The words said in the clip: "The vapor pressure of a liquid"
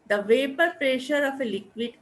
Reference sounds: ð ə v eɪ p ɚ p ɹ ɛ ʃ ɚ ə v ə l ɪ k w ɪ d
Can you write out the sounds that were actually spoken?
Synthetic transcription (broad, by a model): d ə v eɪ p ɚ p ɹ ɛ ʃ ɚ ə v ə l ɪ k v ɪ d